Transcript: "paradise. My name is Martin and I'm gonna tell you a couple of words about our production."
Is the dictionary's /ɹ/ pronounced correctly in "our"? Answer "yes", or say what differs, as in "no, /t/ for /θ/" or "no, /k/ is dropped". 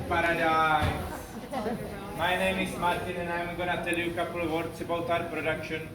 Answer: yes